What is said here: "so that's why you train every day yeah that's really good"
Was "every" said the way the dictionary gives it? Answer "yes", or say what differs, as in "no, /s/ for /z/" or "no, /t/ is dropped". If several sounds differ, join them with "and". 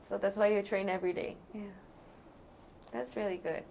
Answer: yes